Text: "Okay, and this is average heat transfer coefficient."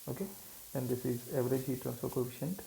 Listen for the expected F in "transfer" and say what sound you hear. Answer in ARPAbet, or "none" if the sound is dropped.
none